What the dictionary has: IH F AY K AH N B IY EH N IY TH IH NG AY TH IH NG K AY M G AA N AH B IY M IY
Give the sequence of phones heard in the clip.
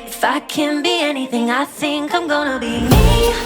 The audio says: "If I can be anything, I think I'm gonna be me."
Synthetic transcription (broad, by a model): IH F AY K AH N B IY EH N IY TH IH NG AY S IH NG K AY M G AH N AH B IY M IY